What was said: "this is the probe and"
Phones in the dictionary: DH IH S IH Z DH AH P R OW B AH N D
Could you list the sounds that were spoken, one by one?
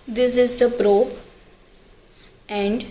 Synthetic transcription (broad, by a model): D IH S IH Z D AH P R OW AH N D